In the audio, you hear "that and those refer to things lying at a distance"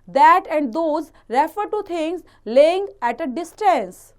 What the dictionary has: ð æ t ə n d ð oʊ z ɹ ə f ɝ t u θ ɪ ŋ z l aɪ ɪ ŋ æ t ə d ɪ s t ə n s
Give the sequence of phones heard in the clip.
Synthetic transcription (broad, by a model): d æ t ə n d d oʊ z ɹ ə f ɝ t u t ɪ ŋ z l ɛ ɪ ŋ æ t ə d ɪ s t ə n s